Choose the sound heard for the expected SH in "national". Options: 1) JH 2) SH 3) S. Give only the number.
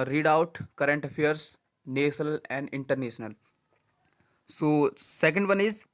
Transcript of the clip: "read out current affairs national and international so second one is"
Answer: 3